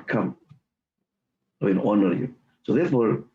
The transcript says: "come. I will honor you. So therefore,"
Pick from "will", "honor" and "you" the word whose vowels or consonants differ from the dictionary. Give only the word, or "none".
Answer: will